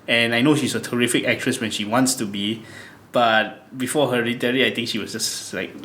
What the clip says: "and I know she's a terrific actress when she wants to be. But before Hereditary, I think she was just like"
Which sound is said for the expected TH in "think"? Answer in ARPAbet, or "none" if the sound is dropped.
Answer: T